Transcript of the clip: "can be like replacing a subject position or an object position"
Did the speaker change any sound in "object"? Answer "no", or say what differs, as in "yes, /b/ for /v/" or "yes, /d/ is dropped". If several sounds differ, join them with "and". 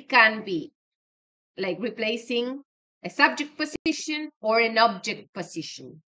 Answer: no